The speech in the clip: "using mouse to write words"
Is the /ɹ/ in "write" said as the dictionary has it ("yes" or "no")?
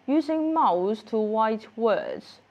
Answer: no